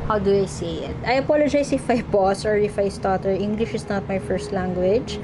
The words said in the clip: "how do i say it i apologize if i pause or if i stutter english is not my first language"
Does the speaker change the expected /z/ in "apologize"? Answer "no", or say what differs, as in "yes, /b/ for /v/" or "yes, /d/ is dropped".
yes, /s/ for /z/